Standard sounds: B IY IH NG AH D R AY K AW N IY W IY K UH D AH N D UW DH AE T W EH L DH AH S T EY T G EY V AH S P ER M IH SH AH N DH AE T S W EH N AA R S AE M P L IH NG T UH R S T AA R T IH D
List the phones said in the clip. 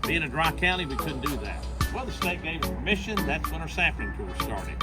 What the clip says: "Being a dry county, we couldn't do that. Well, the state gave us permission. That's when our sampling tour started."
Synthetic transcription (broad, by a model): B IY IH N AH D R AY K AW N IY W IY K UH D N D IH DH AE T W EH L DH AH S T EY T G EY V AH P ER M IH SH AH N DH AE T S W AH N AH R S AE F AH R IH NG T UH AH S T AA R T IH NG